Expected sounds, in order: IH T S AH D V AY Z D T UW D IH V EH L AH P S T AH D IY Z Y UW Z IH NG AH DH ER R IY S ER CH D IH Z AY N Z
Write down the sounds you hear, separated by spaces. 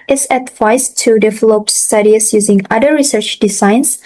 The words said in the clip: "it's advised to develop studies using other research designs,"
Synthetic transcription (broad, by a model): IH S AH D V AY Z T UW D IH V EH L AH P S T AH D IY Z Y UW Z IH NG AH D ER R IY S ER CH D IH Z AY N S